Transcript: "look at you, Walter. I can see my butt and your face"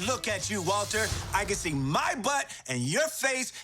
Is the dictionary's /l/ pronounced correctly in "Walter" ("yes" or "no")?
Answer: yes